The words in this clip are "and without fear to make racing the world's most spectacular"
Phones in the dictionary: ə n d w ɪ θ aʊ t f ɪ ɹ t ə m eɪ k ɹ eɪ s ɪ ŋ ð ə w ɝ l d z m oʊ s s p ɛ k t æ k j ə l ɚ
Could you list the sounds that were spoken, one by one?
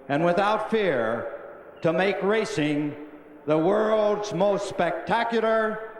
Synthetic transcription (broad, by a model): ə n w ɪ θ aʊ t f ɪ ɹ t ə m eɪ k ɹ eɪ s ɪ ŋ ð ə w ɝ l d z m oʊ s s p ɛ k t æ k j l ɚ